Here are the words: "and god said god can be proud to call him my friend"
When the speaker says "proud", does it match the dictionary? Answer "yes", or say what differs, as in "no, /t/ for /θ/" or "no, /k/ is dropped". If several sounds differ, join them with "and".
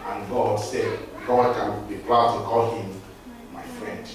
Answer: no, /l/ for /ɹ/